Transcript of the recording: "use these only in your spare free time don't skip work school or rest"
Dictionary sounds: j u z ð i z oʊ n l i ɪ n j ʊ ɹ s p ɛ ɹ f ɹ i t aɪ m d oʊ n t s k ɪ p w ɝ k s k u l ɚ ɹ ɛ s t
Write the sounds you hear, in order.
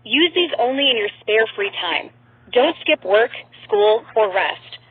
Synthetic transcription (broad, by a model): j u z ð i z oʊ n l i ɪ n j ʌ ɹ s p ɛ ɹ f ɹ i t aɪ m d oʊ n t s k ɪ p w ɝ k s k u l ɚ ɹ ɛ s t